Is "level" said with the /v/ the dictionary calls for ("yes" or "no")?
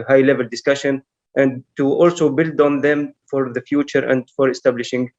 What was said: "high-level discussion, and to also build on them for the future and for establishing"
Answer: yes